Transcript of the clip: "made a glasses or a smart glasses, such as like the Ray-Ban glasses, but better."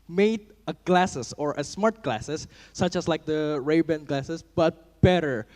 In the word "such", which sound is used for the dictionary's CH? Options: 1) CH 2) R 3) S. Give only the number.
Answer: 1